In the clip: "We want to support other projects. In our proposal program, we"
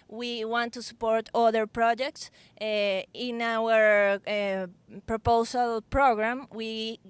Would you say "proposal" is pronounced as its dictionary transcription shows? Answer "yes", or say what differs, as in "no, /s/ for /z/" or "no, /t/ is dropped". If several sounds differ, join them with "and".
no, /s/ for /z/